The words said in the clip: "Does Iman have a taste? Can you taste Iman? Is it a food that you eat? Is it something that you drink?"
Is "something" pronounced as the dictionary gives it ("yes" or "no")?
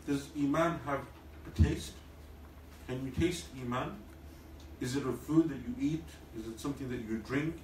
yes